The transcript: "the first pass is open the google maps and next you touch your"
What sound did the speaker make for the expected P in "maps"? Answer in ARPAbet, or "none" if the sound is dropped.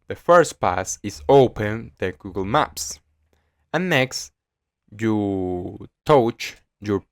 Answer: P